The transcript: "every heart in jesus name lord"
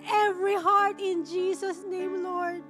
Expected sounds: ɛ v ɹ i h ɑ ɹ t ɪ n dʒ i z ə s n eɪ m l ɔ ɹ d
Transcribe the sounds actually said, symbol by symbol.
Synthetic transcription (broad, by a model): ɛ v ɹ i h ɑ ɹ t ɪ n dʒ i s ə s n eɪ m l ɔ ɹ d